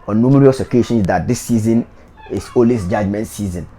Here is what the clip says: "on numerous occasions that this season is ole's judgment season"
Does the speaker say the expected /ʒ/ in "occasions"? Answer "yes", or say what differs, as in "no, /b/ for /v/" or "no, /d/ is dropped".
no, /ʃ/ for /ʒ/